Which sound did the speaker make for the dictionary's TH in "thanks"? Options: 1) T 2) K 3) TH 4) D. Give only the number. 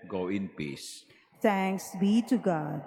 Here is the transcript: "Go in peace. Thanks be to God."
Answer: 1